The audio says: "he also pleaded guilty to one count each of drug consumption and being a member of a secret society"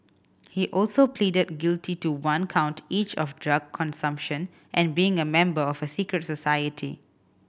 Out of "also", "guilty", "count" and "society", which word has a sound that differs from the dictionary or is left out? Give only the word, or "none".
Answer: none